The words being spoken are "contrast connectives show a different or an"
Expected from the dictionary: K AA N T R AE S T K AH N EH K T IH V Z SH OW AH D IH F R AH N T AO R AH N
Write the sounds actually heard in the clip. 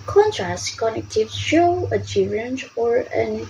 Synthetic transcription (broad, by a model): K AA N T R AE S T K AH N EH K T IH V SH OW AH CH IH R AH N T AO R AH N